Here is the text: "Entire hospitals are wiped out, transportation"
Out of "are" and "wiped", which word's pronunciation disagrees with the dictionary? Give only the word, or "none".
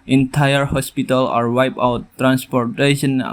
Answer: wiped